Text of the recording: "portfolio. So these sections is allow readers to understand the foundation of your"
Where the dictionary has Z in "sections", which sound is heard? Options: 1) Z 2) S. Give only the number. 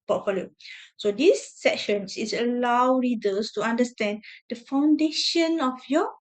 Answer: 2